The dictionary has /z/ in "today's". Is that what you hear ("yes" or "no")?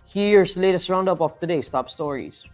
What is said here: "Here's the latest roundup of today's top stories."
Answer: no